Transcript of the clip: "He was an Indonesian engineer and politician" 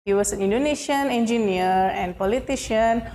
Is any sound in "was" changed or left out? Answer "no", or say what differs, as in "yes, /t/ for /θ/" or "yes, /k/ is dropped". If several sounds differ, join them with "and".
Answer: yes, /s/ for /z/